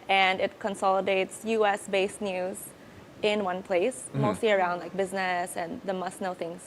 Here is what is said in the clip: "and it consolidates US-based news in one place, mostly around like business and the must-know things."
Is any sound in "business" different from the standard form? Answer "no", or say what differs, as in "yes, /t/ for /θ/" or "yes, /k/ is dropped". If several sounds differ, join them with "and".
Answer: no